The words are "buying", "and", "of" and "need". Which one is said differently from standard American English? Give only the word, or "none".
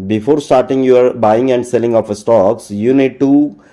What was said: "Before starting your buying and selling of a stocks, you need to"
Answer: of